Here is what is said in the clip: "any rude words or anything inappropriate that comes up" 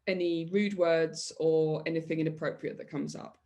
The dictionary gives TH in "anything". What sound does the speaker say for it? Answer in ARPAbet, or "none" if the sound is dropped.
TH